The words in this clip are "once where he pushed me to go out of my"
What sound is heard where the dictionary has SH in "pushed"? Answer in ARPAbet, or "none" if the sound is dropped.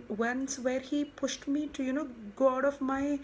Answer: SH